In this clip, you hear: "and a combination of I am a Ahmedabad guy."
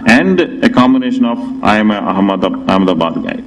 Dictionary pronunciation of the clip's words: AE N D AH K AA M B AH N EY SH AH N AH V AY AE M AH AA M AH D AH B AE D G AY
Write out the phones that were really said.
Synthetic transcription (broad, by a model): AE N D AH K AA M AH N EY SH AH N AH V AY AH M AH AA M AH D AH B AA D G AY